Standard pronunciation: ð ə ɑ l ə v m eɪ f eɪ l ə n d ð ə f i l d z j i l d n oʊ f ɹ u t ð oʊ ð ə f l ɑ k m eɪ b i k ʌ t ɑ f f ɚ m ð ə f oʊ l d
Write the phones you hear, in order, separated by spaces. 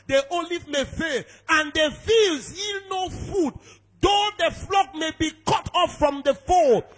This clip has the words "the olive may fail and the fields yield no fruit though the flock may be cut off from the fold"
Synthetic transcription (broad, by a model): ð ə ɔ l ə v m eɪ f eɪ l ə n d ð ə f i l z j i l n oʊ f u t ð oʊ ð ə f l ɑ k m eɪ b i k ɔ t ɑ f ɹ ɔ m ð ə f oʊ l